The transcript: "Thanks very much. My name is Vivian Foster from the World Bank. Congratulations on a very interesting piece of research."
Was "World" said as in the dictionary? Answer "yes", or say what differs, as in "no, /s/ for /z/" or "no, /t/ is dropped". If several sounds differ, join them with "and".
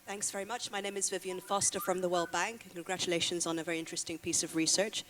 yes